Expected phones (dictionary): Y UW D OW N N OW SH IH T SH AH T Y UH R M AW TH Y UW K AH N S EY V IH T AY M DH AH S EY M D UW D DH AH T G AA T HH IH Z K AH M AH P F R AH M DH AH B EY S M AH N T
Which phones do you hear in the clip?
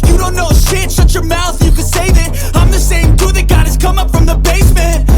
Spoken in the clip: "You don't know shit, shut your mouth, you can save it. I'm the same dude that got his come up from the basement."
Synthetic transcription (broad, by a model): Y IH D OW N N OW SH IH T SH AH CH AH R M AW TH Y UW K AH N S EY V IH T AY M DH AH S EY M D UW DH AH T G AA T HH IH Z K AH M AH P F R AH M DH AH B EY S M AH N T